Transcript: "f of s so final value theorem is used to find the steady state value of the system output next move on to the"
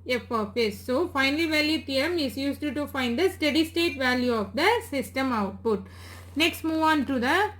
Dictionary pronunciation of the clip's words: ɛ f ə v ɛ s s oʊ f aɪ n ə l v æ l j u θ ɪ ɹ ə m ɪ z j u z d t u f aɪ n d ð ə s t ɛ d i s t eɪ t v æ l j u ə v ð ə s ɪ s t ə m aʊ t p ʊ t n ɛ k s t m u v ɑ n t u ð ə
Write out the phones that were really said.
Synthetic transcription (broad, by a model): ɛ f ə f ɛ s s oʊ f aɪ n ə l v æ l j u t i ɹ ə m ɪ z j u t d t u f aɪ n d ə s t ɛ d i s t eɪ t v æ l j u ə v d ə s ɪ s t ə m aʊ t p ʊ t n ɛ k s t m u v ɑ n t u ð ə